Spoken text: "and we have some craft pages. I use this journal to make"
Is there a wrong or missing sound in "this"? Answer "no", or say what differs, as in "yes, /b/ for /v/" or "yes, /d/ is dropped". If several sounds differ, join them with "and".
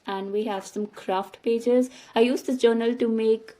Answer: yes, /s/ is dropped